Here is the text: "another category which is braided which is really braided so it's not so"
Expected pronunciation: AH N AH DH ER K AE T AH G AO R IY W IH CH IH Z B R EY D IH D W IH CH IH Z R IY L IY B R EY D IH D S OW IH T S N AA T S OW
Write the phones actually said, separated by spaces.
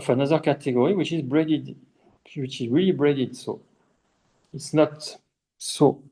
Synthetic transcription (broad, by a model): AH N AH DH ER K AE T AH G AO R IY W IH CH IH Z B R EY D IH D W IH CH IH Z R IY L IY B R EY D IH D S OW IH T S N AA T S OW